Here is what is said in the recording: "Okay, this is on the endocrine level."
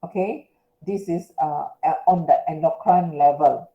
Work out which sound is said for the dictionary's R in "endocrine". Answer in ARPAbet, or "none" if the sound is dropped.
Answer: none